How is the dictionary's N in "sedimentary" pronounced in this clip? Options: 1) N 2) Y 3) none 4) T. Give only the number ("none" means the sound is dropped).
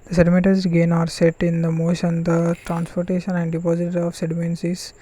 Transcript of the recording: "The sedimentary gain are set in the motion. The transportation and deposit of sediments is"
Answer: 3